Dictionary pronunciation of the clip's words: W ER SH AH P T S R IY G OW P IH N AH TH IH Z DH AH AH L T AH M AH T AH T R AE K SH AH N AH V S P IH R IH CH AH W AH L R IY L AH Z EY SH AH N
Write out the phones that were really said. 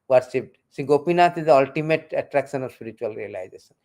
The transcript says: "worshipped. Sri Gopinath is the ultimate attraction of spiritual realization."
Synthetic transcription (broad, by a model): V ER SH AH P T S IY G OW P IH N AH T IH Z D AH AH L T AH M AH T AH T R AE K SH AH N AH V S P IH R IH CH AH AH L R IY L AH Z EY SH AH N